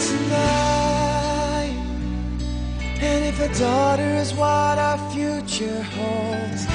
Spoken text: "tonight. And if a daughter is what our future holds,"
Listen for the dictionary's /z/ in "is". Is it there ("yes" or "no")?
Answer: yes